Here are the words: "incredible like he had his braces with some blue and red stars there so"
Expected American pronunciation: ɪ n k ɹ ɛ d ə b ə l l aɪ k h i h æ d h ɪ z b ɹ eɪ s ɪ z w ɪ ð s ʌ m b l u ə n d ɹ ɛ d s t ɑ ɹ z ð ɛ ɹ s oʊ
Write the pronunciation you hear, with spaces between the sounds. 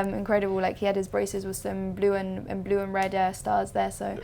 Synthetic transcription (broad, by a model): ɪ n k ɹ ɛ d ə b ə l l aɪ k h i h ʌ d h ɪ z b ɹ eɪ s ɪ z w ɪ ð s ʌ m b l u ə n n ɹ ɛ d s t ɑ z ð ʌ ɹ s oʊ